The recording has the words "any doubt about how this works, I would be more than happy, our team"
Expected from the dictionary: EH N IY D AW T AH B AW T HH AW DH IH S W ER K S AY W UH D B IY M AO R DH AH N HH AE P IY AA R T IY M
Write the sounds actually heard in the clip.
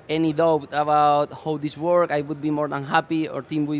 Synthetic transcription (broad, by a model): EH N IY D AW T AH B AW T HH AW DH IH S W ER K AY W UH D B IY M AO R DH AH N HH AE P IY AA R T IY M